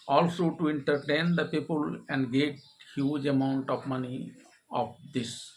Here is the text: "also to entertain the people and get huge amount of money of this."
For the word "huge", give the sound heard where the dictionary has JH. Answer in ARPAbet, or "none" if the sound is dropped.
JH